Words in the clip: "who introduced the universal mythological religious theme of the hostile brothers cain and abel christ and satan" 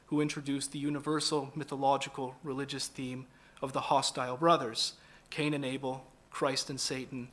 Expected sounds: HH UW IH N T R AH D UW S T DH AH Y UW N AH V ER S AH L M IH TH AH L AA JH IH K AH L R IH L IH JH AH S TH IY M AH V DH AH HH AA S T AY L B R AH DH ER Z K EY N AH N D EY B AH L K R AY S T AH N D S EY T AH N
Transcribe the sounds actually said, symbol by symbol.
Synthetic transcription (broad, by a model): HH UW IH N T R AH D UW S DH AH Y UW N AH V ER S L M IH TH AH L AA JH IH K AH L R IH L IH JH AH S TH IY M AH V DH AH HH AA S T AY L B R AH DH ER Z K EY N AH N EY B L K R AY S T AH N S EY T N